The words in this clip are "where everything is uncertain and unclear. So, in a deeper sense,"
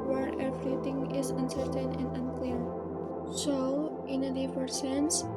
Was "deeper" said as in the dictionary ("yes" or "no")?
no